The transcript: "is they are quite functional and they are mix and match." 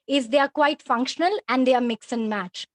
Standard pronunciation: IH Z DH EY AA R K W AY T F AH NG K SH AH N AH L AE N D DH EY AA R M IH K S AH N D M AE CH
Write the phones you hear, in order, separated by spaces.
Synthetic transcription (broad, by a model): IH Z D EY AA R K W AY T F AH NG K SH AH N AH L AE N D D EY AA R M IH K S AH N M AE CH